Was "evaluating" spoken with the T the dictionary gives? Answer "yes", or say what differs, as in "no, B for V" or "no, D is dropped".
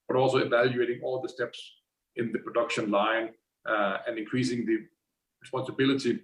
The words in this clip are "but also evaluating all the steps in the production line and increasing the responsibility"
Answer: yes